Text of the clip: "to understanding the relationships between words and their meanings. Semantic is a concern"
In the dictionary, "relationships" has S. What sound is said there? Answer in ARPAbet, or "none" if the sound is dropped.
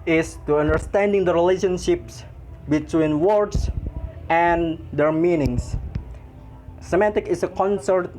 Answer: S